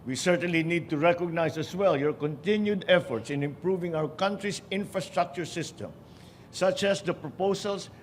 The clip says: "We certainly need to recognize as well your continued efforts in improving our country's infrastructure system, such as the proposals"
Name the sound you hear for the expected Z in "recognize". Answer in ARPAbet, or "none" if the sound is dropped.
S